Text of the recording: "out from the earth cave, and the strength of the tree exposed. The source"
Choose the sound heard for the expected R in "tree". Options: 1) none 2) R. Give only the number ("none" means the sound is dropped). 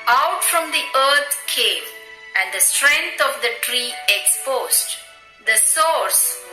2